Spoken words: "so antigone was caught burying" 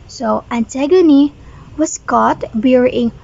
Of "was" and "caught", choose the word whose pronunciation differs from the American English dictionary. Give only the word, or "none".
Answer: was